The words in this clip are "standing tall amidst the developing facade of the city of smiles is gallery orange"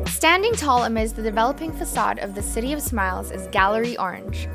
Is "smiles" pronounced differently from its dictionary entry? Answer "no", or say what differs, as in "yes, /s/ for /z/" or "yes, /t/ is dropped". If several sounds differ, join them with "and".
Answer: no